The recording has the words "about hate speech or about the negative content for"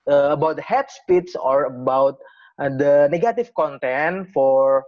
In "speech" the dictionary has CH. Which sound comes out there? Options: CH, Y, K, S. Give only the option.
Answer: S